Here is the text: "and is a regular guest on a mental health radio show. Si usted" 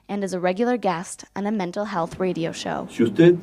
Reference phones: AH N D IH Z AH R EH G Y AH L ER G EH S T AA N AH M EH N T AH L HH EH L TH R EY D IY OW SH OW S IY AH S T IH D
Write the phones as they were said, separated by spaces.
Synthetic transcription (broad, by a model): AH N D IH Z AH R EH G Y L ER G EH S T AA N AH M EH N T L HH EH L TH R EY D IY OW SH OW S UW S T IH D